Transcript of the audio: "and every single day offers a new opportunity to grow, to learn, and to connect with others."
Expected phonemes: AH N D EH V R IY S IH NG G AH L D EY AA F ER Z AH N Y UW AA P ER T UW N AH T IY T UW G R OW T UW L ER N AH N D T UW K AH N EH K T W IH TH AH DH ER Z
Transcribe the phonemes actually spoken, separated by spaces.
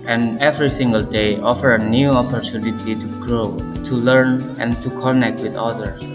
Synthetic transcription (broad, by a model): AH N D EH V R IY S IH NG G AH L D EY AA F ER AH N Y UW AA P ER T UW N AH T IY T UW G R OW T UW L ER N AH N T UW K AH N EH K T W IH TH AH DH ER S